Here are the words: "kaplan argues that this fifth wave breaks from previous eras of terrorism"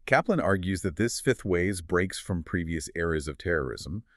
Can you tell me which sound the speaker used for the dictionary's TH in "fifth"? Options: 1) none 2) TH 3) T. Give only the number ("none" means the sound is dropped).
2